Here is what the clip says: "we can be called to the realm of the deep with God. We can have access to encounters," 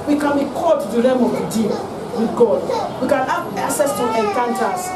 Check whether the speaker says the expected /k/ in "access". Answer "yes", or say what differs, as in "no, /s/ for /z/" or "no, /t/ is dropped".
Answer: no, /k/ is dropped